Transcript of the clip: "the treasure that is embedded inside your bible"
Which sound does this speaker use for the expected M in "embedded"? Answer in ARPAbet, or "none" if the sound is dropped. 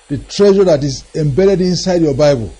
M